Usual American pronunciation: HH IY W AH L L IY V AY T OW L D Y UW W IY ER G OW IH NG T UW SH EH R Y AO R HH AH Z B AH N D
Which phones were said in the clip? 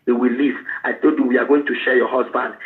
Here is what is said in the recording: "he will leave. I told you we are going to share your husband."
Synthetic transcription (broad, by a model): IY W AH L L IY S AY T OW D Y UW W IY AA G OW IH NG T UW SH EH Y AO HH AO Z B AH N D